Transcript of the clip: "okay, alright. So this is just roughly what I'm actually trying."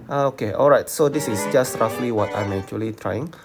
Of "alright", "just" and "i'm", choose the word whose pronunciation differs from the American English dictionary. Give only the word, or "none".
none